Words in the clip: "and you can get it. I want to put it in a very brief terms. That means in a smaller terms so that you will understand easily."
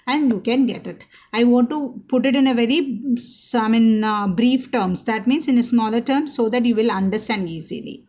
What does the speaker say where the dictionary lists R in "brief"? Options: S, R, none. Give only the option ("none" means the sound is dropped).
R